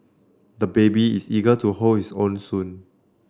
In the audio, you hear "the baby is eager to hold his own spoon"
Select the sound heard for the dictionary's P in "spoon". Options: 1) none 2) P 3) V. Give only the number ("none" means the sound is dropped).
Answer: 1